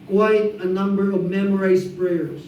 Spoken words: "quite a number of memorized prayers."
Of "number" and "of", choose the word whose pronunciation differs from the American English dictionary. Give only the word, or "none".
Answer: none